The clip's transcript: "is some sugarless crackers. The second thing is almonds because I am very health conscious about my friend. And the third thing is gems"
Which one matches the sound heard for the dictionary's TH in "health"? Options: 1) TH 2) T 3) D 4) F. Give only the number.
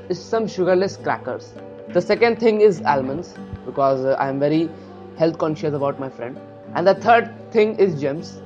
2